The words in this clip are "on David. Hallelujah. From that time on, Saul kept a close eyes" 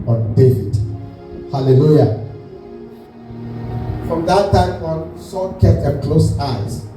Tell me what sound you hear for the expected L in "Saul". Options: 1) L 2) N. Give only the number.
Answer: 2